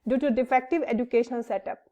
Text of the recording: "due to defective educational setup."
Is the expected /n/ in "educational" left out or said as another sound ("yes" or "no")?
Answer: yes